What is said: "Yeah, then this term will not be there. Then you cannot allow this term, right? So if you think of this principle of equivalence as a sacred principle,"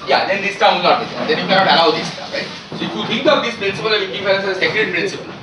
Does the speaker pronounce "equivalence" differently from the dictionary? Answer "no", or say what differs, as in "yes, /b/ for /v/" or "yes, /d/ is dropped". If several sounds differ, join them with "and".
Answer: yes, /f/ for /v/